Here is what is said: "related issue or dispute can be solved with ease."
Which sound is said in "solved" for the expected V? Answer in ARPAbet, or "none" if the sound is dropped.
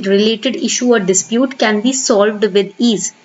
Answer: V